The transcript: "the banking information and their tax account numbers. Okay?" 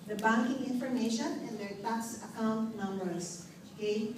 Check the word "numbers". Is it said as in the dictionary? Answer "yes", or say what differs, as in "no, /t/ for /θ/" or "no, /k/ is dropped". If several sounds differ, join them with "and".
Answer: no, /s/ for /z/